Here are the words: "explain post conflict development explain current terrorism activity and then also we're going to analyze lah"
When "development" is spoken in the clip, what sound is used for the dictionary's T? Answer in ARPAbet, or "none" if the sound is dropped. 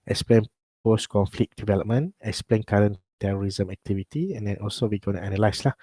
none